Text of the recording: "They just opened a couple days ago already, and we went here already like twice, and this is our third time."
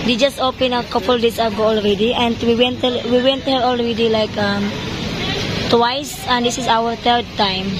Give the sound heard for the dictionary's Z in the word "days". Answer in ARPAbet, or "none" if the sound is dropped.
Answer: S